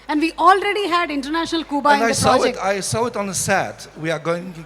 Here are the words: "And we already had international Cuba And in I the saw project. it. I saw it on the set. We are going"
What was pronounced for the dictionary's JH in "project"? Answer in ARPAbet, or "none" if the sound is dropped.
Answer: none